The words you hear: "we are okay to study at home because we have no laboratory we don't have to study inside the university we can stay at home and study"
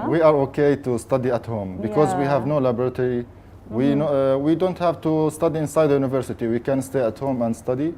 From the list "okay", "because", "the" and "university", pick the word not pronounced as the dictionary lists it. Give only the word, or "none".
none